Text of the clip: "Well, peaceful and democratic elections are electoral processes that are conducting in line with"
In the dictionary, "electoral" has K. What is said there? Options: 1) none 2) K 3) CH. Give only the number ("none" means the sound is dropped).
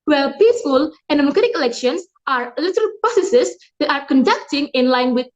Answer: 1